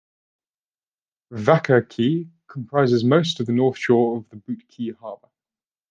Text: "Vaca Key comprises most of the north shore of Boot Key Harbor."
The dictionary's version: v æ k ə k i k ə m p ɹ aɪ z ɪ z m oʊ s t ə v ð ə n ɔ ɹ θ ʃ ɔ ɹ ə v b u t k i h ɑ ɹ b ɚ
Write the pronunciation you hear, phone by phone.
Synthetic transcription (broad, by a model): v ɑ k ə k i k ə m p ɹ aɪ z ɪ z m oʊ s t ə v ð ə n ɔ θ ʃ ɔ ɹ ə v b u t k i h ɑ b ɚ